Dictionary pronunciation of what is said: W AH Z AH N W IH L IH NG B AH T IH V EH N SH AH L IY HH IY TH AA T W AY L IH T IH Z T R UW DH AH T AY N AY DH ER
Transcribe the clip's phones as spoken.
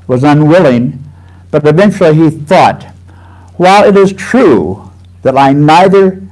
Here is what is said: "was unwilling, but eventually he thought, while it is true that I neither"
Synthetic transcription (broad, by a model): W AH Z AH N W IH L IH NG B AH T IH V EH N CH L IY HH IY TH AA T W AY L IH T IH Z T R UW DH AH T AY N AY DH ER